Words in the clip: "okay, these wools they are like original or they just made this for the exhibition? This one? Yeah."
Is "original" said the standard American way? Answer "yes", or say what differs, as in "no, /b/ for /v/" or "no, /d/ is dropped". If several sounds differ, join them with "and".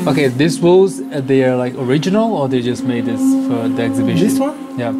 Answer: yes